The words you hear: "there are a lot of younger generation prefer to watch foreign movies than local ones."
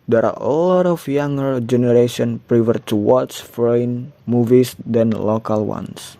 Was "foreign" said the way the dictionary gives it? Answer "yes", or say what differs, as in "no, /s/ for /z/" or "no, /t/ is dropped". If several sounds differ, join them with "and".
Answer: no, /ɹ/ is dropped